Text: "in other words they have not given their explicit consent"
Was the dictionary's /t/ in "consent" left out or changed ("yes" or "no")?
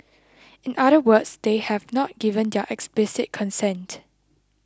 no